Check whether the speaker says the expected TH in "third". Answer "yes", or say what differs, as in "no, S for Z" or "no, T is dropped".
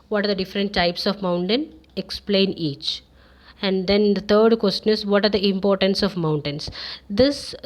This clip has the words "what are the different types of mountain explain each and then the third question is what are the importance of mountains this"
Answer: no, T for TH